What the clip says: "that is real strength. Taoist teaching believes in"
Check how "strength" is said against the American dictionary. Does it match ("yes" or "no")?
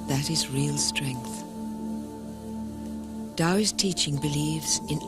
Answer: yes